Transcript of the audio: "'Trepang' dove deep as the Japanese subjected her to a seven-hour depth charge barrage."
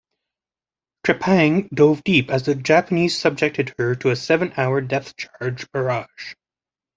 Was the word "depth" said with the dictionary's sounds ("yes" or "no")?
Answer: no